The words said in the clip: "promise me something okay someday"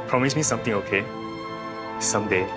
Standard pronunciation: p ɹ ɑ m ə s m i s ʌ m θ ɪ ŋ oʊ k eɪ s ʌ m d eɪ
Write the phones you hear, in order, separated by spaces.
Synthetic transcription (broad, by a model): p ɹ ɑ m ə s m i s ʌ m t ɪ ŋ oʊ k eɪ s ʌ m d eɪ